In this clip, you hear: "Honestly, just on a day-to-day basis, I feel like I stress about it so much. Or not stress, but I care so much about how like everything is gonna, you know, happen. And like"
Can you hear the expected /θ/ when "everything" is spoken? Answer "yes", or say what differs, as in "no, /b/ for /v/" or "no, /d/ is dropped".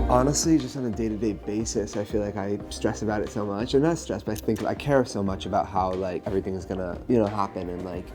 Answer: yes